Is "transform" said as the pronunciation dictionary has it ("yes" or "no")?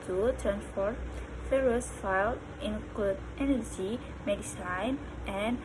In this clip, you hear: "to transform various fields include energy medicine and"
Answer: no